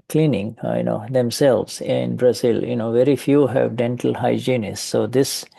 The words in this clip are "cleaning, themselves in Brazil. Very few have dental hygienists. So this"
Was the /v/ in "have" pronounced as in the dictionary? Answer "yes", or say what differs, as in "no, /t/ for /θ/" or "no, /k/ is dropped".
yes